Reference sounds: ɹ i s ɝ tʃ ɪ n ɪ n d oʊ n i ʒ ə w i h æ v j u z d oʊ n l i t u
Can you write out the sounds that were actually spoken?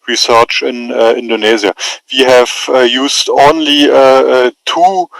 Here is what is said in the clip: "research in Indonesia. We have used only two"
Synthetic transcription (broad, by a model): ɹ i s ɝ tʃ ɪ n ɪ n d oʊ n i z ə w i h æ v j u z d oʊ n l i t u